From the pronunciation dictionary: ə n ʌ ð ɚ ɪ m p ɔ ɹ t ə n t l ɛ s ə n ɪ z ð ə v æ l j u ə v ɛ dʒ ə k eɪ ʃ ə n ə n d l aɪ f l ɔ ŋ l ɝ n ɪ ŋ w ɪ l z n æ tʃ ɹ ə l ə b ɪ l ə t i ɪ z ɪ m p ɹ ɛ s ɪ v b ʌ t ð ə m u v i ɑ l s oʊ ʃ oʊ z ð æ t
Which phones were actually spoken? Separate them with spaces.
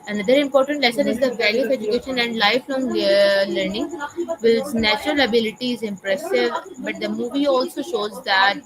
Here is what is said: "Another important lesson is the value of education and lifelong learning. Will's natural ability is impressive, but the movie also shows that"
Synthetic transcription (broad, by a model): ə n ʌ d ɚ ɪ m p ɔ ɹ t ə n t l ɛ s ə n ɪ z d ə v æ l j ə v ɛ dʒ ə k eɪ ʃ ə n ə n d l aɪ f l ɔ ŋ l ɝ n ɪ ŋ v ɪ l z n æ tʃ ɹ ə l ə b ɪ l ə t i ɪ z ɪ m p ɹ ɛ s ɪ v b ʌ t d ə m u v i ɑ l s oʊ ʃ oʊ z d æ t